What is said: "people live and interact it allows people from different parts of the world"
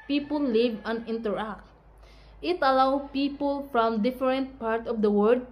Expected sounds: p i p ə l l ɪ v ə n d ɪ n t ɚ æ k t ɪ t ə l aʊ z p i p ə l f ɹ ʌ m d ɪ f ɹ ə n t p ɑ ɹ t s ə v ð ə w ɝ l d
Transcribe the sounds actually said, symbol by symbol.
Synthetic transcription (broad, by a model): p i p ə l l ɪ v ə n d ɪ n t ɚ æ k t ɪ t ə l aʊ p i p ə l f ɹ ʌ m d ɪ f ɹ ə n t p ɑ ɹ t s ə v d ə w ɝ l d